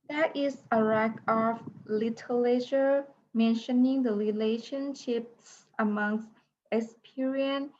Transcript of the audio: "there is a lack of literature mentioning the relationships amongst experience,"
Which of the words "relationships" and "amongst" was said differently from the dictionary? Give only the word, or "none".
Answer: none